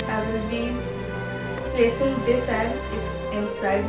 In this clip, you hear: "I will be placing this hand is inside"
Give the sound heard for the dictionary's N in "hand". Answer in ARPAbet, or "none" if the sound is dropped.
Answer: none